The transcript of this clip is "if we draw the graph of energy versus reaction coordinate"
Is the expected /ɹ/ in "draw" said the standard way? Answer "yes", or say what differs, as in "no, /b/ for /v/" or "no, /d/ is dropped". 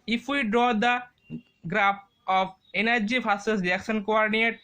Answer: yes